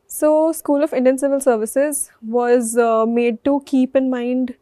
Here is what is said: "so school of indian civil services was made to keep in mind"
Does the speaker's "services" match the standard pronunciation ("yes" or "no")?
yes